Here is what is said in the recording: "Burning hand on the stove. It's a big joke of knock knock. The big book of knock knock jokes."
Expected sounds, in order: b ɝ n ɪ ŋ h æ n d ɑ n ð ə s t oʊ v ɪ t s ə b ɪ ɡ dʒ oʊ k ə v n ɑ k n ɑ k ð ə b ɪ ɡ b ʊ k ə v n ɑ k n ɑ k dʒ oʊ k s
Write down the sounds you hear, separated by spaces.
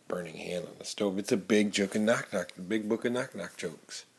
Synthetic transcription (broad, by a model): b ɝ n ɪ ŋ h æ n d n ð ə s t oʊ v ɪ t s ə b ɪ ɡ dʒ oʊ k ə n n ɑ k n ɑ k ð ə b ɪ ɡ b ʊ k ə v n ɑ k n ɑ k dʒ oʊ k s